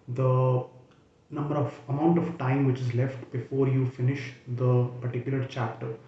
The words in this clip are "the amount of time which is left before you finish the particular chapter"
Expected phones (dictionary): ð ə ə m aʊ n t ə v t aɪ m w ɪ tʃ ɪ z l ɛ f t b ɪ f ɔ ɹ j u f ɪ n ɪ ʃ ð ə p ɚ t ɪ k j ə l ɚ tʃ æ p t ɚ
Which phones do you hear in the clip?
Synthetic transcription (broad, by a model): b ə ə m aʊ n t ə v t aɪ m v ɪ tʃ ɪ z l ɛ f t b ɪ f ɔ ɹ j u f ɪ n ɪ ʃ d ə p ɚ t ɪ k j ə l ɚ tʃ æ p t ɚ